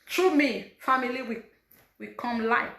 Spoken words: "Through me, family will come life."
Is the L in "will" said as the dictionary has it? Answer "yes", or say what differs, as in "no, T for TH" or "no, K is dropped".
no, W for L